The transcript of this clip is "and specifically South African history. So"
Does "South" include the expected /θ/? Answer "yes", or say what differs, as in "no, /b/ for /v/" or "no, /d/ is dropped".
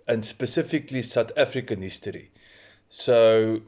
no, /t/ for /θ/